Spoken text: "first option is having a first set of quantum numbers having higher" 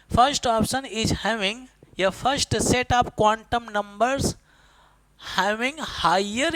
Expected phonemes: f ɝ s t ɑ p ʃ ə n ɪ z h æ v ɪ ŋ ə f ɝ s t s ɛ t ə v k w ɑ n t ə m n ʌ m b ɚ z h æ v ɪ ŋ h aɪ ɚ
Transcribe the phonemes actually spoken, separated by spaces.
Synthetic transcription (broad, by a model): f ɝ s t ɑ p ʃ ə n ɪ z h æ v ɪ ŋ ə f ɝ s t s ɛ t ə p k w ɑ n t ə m n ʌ m b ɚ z h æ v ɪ ŋ h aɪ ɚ